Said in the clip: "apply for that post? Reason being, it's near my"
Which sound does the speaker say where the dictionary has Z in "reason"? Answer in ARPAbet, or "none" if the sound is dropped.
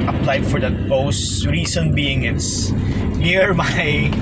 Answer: S